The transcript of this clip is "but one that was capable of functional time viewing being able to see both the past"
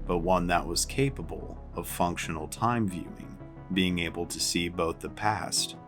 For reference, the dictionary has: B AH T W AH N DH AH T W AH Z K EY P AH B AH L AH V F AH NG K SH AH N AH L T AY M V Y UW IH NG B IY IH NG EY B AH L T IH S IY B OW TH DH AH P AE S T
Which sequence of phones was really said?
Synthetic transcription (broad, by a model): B AH T W AH N DH AH T W AH Z K EY P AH B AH L AH V F AH NG K SH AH N L T AY M V Y UW IH NG B IY IH NG EY B L T IH S IY B OW TH DH AH P AE S T